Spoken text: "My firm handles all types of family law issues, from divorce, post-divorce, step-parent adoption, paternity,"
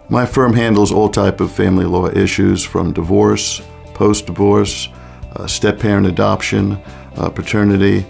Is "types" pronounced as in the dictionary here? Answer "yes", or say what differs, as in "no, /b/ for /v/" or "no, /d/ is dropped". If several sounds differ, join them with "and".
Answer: no, /s/ is dropped